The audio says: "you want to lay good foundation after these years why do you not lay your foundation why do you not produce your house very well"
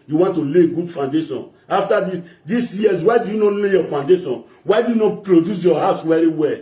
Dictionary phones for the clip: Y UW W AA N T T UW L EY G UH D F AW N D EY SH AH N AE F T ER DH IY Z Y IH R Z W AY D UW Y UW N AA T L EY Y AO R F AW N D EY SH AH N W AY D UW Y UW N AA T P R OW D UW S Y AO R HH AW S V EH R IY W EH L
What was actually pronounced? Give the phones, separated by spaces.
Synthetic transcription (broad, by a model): Y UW W AA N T T UW L EY G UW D F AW N D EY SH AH N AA F T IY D IY S Y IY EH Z W AY D UW Y UW N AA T L EY Y AO F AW N D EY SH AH N W AY D UW Y UW N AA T P R OW D UW S Y AO HH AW S W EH R IY W EH L